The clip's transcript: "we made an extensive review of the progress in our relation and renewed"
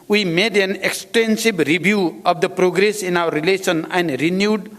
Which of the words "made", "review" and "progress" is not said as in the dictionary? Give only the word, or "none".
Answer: review